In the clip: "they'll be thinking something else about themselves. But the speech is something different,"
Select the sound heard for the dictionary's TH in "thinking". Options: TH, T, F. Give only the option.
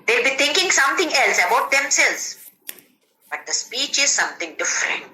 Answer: T